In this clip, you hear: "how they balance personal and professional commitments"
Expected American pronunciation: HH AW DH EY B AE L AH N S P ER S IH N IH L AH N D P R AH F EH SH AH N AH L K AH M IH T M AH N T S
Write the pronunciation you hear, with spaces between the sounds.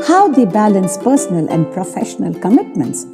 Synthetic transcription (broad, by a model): HH AW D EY B AE L AH N S P ER S IH N IH L AH N D P R AH F EH SH AH N AH L K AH M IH T M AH N T S